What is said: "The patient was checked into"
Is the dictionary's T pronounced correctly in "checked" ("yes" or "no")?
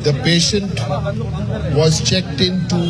yes